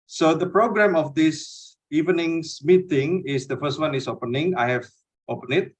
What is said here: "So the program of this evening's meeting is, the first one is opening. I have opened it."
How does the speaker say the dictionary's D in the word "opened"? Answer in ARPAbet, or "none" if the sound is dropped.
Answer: none